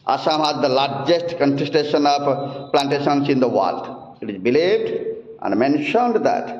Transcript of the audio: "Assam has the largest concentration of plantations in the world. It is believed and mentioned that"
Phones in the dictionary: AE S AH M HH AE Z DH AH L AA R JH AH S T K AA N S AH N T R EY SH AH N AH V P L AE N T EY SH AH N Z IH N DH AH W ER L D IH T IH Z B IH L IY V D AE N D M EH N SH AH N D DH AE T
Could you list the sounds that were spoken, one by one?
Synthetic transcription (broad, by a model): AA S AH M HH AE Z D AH L AA R JH AH S T K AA N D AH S T EY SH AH N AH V P L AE N T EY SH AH N S IH N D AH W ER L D IH T IH Z B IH L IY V D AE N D M EH N SH AH N D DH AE T